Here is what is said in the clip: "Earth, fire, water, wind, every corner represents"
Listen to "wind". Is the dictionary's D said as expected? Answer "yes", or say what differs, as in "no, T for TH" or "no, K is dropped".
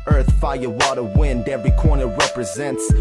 yes